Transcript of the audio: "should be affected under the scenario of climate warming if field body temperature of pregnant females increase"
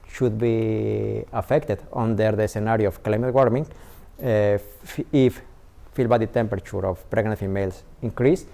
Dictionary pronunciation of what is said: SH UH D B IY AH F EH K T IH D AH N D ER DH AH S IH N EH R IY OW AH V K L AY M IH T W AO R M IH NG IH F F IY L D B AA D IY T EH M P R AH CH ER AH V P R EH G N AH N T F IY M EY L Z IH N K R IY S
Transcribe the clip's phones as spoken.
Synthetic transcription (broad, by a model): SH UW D B IY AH F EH K T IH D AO N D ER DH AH S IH N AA R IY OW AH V K L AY M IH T W AO R M IH NG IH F F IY L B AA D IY T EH M P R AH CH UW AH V P R EH G N AH N T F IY M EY L S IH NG K R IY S